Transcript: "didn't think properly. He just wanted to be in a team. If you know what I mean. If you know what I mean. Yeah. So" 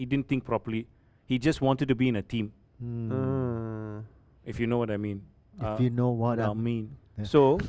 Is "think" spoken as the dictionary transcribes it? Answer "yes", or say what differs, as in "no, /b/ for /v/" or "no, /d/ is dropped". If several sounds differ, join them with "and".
no, /t/ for /θ/